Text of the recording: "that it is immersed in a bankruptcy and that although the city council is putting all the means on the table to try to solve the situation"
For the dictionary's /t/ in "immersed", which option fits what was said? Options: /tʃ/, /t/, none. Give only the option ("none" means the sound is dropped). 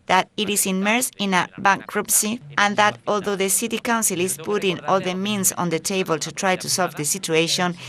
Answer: none